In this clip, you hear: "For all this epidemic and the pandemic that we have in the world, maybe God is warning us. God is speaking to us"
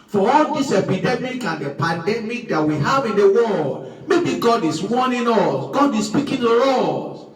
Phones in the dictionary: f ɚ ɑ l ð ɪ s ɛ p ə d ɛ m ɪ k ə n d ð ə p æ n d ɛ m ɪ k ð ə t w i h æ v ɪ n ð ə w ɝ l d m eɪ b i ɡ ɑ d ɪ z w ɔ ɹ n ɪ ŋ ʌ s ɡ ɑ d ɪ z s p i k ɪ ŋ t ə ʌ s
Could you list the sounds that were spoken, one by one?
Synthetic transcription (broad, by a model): f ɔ ɑ l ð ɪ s ɛ p ə d ɛ m ɪ k ə n d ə p æ n d ɛ m ɪ k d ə t w i h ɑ v ɪ n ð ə w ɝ d m eɪ b i ɡ ɑ d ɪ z w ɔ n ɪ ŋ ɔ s ɡ ɑ d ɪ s s p i k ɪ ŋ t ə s